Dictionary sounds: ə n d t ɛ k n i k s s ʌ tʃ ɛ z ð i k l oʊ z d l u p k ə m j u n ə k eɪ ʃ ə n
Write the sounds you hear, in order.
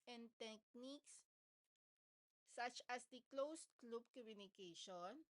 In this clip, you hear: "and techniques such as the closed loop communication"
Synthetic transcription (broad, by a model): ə n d t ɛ k n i k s s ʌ tʃ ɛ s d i k l oʊ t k l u b k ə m j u n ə k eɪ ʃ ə n